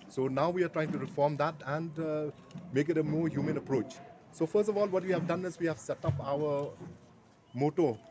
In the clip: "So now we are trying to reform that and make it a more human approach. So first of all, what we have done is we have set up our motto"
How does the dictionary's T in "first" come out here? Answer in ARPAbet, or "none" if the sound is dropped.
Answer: T